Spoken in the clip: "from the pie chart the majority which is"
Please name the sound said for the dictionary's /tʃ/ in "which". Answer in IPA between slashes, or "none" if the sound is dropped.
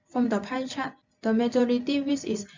/s/